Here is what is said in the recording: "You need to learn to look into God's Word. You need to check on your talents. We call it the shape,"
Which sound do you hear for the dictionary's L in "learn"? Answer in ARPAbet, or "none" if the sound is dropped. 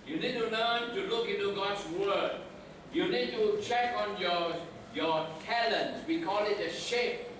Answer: N